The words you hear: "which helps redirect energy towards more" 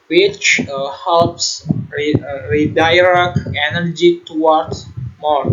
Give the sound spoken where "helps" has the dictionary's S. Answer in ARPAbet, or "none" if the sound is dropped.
S